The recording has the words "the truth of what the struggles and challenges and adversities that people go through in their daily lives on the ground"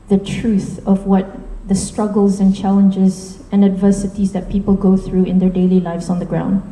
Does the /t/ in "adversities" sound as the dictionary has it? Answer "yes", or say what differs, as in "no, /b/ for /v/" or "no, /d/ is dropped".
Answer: yes